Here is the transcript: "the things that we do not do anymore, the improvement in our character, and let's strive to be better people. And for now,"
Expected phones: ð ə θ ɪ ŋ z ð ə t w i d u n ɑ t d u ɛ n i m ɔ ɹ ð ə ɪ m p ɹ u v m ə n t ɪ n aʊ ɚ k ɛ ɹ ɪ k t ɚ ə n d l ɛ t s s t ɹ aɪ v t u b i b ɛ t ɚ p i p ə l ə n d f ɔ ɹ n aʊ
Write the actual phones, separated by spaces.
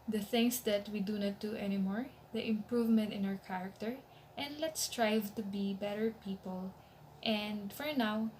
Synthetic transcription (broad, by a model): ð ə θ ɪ ŋ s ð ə t w i d u n ɑ t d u ɛ n i m ɔ ɹ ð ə ɪ m p ɹ u v m ə n t ɪ n aʊ ɚ k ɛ ɹ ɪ k t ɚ ə n d l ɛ t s s t ɹ aɪ v t u b i b ɛ t ɚ p i p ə l ə n d f ɔ ɹ n aʊ